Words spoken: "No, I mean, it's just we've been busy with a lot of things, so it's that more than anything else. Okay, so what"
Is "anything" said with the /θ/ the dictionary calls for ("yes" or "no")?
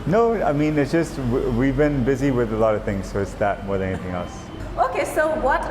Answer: yes